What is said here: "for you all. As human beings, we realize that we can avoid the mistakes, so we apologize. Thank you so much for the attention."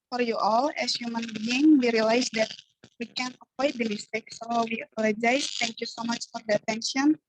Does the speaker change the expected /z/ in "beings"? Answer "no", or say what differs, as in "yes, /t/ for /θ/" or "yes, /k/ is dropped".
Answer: yes, /z/ is dropped